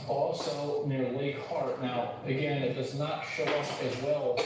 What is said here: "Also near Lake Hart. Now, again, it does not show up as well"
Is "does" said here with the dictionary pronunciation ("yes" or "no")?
yes